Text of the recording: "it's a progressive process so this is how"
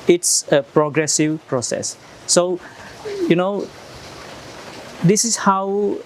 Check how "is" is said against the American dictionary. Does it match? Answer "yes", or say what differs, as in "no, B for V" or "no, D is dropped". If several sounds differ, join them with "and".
no, S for Z